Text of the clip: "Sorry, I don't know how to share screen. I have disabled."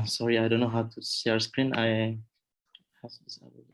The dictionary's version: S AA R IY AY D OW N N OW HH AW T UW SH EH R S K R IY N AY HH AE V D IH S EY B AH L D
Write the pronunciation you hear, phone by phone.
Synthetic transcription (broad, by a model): S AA R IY AY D OW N N OW HH AW T UW S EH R S K R IY N AY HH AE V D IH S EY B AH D